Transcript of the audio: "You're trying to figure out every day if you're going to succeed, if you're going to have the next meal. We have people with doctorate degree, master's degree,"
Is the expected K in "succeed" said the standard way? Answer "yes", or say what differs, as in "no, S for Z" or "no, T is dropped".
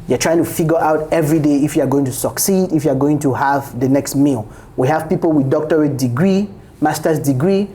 yes